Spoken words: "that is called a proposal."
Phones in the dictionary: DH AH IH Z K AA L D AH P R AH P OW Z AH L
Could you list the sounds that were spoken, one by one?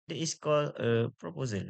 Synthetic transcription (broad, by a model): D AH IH S K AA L AH P R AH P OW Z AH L